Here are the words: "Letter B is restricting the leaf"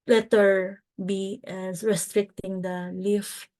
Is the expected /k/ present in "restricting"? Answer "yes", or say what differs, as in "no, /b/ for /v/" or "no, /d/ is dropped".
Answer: yes